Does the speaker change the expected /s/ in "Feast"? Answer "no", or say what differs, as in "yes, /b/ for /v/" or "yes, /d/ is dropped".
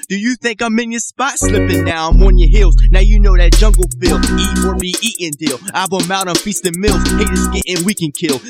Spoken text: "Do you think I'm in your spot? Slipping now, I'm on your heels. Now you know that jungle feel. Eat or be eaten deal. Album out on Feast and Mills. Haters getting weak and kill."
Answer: no